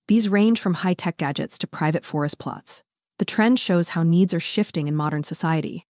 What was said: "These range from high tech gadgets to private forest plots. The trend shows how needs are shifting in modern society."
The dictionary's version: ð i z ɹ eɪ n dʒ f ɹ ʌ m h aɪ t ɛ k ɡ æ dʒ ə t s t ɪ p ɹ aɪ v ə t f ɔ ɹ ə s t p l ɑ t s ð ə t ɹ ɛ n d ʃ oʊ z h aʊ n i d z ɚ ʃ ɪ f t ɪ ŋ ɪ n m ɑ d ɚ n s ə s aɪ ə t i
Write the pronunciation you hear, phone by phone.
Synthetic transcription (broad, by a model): ð i z ɹ eɪ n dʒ f ɹ ʌ m h aɪ t ɛ k ɡ æ dʒ ə t s t ɪ p ɹ aɪ v ə t f ɔ ɹ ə s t p l ɑ t s ð ə t ɹ ɛ n d ʃ oʊ z h aʊ n i d z ɚ ʃ ɪ f t ɪ ŋ ɪ n m ɑ d ɚ n s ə s aɪ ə t i